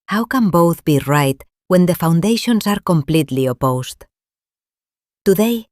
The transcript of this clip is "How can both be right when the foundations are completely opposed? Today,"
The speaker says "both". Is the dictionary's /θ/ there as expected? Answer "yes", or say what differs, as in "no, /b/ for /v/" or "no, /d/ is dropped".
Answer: yes